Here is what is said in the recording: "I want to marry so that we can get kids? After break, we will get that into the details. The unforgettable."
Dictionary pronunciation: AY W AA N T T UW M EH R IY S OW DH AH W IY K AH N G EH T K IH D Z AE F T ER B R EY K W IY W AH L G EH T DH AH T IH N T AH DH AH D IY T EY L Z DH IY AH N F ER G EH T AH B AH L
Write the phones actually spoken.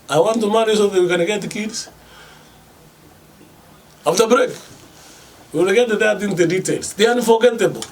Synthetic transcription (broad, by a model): AY W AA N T T UW M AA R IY S OW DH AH W IY K AH N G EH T K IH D S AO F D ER B R EY K W IY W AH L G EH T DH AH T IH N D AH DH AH D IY T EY L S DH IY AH N F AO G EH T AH B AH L